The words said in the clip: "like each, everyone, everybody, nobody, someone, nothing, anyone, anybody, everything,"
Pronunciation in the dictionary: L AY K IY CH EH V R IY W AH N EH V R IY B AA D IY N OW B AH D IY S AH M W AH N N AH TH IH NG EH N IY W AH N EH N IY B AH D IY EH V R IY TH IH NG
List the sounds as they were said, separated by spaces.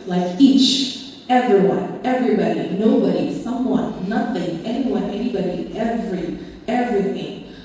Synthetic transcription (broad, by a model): L AY K IY CH EH V R IY W AH N EH V R IY B AA D IY N OW B AH D IY S AH M W AH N N AH TH IH NG EH N IY W AH N EH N IY B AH D IY EH V R IY TH IH NG